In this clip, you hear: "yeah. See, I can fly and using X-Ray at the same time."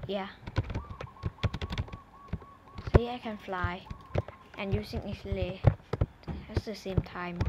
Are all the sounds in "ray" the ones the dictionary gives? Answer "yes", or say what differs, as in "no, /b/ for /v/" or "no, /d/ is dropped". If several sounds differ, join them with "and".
no, /l/ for /ɹ/